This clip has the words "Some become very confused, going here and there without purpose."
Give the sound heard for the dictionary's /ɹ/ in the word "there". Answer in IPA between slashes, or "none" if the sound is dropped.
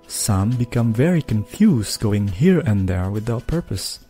/ɹ/